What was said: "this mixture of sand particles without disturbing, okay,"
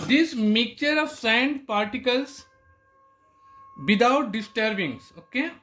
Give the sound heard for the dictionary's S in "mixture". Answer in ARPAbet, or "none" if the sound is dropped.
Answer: none